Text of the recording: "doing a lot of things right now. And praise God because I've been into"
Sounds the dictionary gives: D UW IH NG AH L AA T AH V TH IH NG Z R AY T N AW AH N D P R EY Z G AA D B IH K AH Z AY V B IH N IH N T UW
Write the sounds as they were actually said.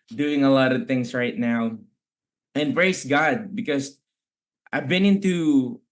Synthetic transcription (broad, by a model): D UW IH NG AH L AA T AH V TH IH NG S R AY T N AW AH N P R EY S G AA D B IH K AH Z AY V B IH N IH N T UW